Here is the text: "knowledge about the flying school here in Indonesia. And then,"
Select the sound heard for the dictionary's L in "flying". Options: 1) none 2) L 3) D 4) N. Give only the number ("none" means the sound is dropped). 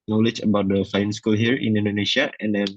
1